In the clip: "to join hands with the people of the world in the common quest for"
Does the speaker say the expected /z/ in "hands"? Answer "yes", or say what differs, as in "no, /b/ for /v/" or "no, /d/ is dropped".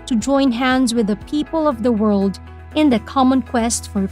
yes